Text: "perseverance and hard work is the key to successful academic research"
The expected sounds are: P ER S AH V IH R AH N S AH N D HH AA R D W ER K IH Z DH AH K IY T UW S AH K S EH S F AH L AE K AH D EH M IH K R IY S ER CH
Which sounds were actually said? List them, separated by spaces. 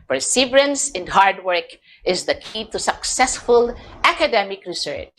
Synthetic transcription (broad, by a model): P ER S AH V R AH N S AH N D HH AA R D W ER K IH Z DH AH K IY T UW S AH K S EH S F AH L AE K AH D EH M IH K R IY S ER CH